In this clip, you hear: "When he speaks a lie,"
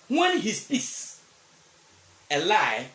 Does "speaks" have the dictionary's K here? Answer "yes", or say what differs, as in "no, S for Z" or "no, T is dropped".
no, K is dropped